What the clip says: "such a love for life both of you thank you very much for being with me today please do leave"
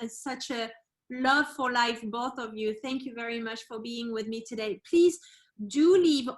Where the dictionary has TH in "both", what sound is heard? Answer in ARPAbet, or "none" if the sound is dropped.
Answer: TH